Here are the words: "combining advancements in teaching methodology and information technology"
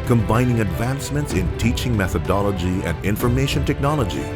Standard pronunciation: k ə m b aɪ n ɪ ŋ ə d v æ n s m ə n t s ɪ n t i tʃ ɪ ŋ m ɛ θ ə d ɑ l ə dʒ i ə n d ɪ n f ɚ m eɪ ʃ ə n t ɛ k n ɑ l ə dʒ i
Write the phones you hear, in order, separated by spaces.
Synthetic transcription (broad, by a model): k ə m b aɪ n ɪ ŋ ə d v æ n s m ə n t s ɪ n t i tʃ ɪ ŋ m ɛ θ ə d ɑ l ə dʒ i ə n d ɪ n f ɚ m eɪ ʃ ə n t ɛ k n ɑ l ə dʒ i